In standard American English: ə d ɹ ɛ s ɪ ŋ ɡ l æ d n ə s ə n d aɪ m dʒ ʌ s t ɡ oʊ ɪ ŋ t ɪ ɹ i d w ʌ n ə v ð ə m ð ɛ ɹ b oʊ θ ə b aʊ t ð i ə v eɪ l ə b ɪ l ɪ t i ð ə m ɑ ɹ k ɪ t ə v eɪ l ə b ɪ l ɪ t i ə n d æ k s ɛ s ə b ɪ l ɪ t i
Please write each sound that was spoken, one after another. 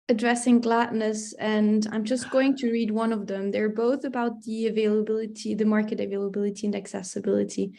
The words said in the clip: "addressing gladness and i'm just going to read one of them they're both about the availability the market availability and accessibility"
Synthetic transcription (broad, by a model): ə d ɹ ɛ s ɪ ŋ ɡ l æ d n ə s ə n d aɪ m dʒ ʌ s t ɡ oʊ ɪ ŋ t ɪ ɹ i d w ʌ n ə v ð ə m ð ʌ ɹ b oʊ θ ə b aʊ t ð i ə v eɪ l ə b ɪ l ɪ t i ð ə m ɑ ɹ k ɪ t ə v eɪ l ə b ɪ l ɪ t i ə n d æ k s ɛ s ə b ɪ l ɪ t i